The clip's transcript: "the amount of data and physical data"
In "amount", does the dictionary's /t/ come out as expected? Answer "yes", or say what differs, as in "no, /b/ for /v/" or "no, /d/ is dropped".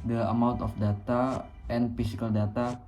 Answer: yes